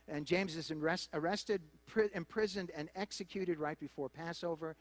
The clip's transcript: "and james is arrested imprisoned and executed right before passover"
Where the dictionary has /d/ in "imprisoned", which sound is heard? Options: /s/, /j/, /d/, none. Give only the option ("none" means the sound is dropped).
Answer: /d/